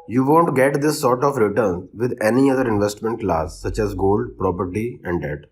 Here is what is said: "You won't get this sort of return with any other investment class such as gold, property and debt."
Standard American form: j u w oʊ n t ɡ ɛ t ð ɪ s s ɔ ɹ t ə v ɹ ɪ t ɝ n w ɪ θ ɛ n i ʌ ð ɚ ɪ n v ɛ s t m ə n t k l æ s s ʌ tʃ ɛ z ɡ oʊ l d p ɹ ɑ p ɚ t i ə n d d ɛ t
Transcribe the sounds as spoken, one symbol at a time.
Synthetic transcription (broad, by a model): j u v oʊ n t ɡ ɛ t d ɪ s s ɔ ɹ t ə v ɹ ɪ t ɝ n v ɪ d ɛ n i ʌ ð ɚ ɪ n v ɛ s t m ə n t k l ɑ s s ʌ tʃ ɛ z ɡ oʊ l d p ɹ ɑ p ɚ t i ə n d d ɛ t